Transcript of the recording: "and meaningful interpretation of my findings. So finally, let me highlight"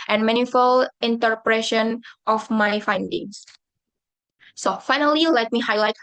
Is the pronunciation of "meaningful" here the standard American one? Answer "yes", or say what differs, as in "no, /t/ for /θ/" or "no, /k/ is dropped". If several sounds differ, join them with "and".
no, /ŋ/ is dropped